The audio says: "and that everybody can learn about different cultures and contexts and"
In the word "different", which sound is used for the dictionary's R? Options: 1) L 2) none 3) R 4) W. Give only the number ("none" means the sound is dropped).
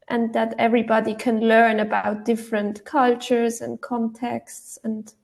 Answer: 3